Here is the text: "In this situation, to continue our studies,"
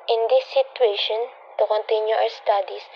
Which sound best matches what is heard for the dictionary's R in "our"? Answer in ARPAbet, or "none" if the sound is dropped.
W